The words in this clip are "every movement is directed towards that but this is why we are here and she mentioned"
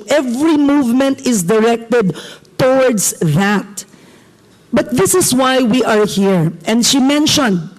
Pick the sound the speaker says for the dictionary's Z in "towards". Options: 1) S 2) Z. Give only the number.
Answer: 1